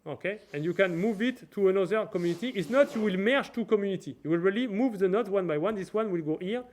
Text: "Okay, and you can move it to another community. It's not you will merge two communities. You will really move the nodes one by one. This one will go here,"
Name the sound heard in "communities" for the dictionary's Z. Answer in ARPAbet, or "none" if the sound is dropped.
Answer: none